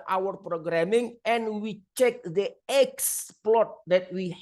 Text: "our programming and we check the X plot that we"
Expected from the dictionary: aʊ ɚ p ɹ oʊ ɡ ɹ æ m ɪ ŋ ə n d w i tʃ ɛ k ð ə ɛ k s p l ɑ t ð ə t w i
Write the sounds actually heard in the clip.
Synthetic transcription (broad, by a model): aʊ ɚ p ɹ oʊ ɡ ɹ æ m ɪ ŋ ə n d w i tʃ ɛ k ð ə ɛ k s p l ɑ t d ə t w i